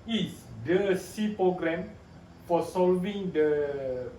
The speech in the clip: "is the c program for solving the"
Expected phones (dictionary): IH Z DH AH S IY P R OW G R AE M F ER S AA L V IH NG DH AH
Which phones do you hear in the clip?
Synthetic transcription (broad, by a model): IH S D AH S IY P R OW G R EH M F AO S AA L V IH NG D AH